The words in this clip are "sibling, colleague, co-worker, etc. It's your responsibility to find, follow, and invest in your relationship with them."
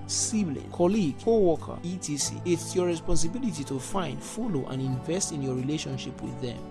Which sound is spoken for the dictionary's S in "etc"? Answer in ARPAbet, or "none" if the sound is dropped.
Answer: none